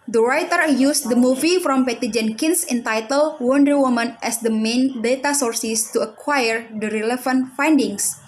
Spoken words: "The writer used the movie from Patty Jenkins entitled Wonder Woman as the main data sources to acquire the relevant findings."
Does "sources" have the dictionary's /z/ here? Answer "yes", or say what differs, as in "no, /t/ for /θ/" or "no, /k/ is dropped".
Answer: no, /s/ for /z/